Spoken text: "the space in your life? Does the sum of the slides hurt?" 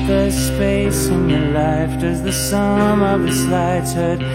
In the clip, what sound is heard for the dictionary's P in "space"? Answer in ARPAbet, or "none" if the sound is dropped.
F